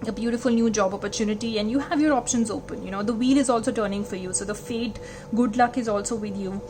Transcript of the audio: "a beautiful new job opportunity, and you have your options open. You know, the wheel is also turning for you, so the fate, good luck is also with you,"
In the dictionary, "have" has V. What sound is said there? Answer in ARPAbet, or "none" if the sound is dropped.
V